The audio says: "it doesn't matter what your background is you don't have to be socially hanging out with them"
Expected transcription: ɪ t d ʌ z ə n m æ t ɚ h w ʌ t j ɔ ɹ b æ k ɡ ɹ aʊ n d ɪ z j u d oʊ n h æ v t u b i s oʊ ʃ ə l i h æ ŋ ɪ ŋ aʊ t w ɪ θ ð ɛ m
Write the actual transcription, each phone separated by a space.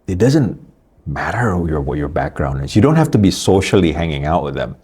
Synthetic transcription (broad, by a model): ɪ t d ʌ z ə n m æ t ɚ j w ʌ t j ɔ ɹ b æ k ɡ ɹ aʊ n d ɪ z j u d oʊ n h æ f t u b i s oʊ ʃ ə l i h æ ŋ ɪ ŋ aʊ t w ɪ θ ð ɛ m